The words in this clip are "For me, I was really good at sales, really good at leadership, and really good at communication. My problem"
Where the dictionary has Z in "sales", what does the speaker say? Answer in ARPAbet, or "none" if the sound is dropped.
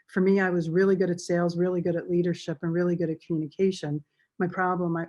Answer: Z